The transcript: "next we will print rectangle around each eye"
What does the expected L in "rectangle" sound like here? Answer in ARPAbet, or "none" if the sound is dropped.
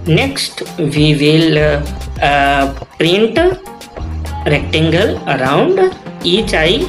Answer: L